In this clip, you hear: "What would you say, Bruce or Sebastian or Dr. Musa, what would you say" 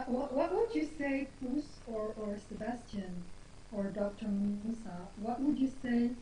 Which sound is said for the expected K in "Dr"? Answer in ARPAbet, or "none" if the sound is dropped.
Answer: K